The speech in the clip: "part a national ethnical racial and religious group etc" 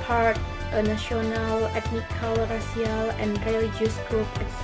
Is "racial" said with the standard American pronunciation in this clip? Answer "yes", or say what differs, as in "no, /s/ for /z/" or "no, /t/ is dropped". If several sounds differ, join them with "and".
no, /s/ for /ʃ/